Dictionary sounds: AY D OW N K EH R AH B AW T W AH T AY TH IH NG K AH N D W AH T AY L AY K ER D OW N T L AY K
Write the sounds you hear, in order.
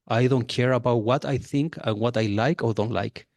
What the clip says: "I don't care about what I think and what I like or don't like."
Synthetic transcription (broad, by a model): AY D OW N K EH R AH B AW T W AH T AY TH IH NG K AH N W AH T AY L AY K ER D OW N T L AY K